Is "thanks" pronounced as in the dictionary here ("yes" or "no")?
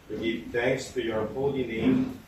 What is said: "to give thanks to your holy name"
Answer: yes